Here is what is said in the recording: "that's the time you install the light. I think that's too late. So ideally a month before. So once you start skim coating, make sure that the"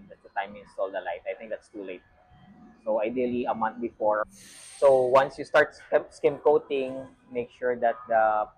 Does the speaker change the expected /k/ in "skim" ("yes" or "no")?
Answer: no